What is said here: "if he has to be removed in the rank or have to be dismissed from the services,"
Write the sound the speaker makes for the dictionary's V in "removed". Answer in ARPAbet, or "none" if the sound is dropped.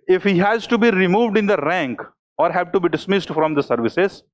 V